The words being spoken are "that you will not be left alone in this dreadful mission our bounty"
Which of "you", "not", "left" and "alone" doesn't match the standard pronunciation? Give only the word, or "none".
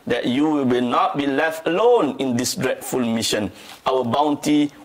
none